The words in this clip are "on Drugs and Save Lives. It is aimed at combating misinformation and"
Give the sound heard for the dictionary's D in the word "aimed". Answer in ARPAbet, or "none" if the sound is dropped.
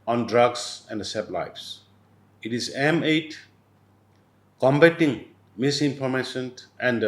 none